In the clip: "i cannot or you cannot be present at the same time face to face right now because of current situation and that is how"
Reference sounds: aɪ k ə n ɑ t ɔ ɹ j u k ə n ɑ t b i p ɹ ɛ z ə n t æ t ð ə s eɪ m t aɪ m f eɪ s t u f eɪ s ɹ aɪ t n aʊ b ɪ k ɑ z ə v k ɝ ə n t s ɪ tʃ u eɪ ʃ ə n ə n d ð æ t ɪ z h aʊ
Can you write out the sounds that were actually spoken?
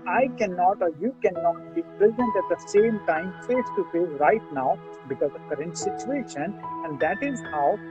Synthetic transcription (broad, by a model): aɪ k ə n ɑ t ɔ ɹ j u k ə n ɑ t b i p ɹ ɛ z ə n t æ t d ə s eɪ m t aɪ m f eɪ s t u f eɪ ɹ aɪ t n aʊ b ɪ k ɑ z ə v k ɝ ə n t s ɪ tʃ u eɪ ʃ ə n ə n d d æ t ɪ z h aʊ